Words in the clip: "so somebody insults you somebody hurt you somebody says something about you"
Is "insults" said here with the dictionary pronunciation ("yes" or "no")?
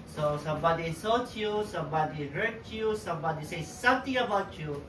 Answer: no